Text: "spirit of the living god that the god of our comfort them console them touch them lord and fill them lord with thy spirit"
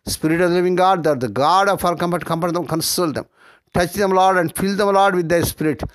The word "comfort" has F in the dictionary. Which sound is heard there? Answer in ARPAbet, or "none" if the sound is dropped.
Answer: P